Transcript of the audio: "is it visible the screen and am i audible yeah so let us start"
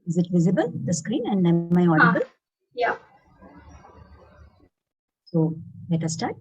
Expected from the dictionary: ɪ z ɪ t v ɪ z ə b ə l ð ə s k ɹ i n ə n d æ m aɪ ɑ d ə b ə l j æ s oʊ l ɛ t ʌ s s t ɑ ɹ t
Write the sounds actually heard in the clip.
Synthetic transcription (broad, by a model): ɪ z ɪ t v ɪ z ə b ə l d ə s k ɹ i n ə n d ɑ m aɪ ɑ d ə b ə l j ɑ s oʊ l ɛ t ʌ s s t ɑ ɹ t